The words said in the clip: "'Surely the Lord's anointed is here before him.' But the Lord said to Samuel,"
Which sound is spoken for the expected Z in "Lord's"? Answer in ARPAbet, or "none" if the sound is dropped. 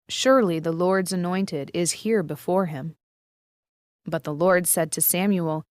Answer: Z